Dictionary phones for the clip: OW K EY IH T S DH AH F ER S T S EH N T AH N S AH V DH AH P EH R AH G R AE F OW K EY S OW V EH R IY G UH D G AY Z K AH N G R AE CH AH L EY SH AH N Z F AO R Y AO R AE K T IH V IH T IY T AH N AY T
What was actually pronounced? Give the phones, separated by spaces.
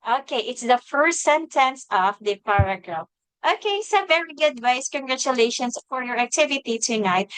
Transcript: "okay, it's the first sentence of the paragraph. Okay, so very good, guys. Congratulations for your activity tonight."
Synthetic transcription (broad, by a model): OW K EY IH T S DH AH F ER S T S EH N T AH N S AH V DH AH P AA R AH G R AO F OW K EY S OW V EH R IY G UH D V AY S K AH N G R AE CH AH L EY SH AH N S F AO R Y AO R AE K T IH V IH T IY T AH N AY T